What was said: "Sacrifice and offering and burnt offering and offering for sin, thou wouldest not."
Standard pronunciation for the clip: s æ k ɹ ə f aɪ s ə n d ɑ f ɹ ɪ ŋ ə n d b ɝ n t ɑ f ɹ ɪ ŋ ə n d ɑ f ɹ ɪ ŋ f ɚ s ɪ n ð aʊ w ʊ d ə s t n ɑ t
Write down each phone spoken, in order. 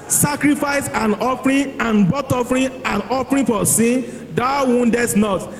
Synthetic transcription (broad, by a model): s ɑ k ɹ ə f aɪ s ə n ɑ f ɹ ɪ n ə n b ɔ t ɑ f ɹ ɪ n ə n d ɑ f ɹ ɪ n f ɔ s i n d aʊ w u d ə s n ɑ t